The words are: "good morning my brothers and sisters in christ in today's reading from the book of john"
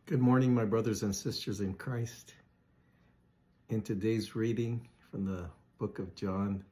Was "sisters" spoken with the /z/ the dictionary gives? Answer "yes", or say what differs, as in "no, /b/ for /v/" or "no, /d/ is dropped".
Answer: yes